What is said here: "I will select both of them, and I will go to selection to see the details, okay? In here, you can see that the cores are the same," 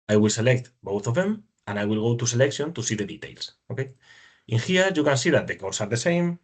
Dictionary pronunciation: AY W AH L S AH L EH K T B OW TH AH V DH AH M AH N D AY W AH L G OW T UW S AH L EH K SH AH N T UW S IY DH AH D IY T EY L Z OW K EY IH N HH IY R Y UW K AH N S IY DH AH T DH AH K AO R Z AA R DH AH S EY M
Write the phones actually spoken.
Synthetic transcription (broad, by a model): AY W AH L S AH L EH K T B OW TH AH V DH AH M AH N AY W AH L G OW T UW S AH L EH K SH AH N T UW S IY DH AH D IY T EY L S OW K EY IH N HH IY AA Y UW K AH N S IY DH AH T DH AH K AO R S AA R DH AH S EY M